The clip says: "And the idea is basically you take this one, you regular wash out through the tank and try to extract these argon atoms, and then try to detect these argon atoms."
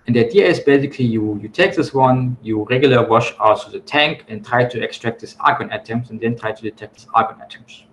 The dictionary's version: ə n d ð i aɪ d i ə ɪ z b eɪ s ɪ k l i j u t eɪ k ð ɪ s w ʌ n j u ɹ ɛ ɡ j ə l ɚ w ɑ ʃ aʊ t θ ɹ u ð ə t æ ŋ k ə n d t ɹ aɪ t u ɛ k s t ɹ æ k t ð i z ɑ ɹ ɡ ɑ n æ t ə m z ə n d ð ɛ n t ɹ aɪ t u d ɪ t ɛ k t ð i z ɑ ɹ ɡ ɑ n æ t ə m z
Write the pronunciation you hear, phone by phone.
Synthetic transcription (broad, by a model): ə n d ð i aɪ d i ə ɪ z b eɪ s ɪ k l i j u t eɪ k ð ɪ s w ʌ n j u ɹ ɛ ɡ j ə l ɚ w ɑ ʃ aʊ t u ð ə t æ ŋ k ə n t ɹ aɪ t u ɛ k s t ɹ æ k t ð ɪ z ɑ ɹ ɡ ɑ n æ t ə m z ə n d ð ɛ n t ɹ aɪ t u d ɪ t ɛ k t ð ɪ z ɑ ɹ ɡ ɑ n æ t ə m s